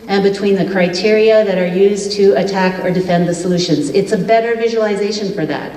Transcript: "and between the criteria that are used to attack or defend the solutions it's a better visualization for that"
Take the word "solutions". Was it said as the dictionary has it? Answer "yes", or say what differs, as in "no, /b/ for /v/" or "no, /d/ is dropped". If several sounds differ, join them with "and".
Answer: yes